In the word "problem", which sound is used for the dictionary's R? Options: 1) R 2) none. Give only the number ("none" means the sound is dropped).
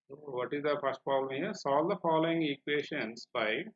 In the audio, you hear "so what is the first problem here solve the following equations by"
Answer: 1